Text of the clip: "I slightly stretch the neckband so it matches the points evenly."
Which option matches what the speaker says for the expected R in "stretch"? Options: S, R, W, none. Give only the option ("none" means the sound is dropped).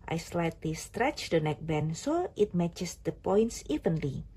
R